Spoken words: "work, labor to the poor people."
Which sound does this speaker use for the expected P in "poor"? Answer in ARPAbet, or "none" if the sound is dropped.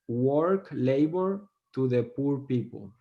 P